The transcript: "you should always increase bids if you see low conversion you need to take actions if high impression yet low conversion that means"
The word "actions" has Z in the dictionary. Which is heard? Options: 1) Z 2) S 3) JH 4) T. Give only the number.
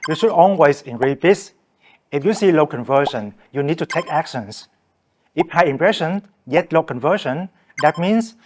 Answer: 2